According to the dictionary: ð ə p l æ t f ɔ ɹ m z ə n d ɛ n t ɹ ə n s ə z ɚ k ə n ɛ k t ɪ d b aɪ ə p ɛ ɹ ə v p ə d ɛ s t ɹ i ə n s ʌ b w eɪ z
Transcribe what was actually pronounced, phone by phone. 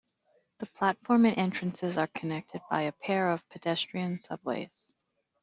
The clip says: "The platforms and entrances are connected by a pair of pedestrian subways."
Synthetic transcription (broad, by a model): ð ə p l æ t f ɔ ɹ m ə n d ɛ n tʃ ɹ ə n s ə z ɚ k ə n ɛ k t ɪ d b aɪ ə p ɛ ɹ ə v p ə d ɛ s t ɹ i ə n s ʌ b w eɪ z